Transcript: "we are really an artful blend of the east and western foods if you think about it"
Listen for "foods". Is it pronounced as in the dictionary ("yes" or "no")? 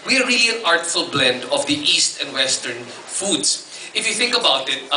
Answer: no